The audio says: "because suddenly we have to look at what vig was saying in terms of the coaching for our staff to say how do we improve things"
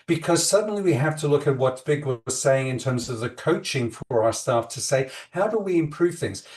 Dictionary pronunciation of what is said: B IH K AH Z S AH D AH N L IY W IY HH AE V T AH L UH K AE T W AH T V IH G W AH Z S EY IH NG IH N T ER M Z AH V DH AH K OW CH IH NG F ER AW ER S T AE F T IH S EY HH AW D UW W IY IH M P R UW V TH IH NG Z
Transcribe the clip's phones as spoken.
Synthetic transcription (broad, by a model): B IH K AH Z S AH D N L IY W IY HH AE F T AH L UH K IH T W AH T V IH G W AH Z S EY IH NG IH N T ER M Z AH V DH AH K OW CH IH NG F ER AW ER S T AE F T IH S EY HH AW D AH W IY IH M P R UW V TH IH NG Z